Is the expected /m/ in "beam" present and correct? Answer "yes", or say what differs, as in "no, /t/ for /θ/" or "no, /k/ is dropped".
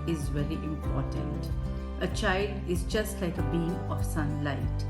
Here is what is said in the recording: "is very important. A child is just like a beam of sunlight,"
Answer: no, /m/ is dropped